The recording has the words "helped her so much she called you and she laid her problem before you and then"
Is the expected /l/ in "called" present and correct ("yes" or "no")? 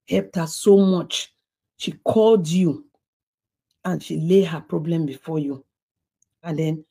yes